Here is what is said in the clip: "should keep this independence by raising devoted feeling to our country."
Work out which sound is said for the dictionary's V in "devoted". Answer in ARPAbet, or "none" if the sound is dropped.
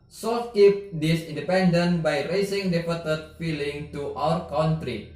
P